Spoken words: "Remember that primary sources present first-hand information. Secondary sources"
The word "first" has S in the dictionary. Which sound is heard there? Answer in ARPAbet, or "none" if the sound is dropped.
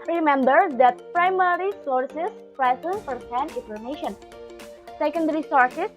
none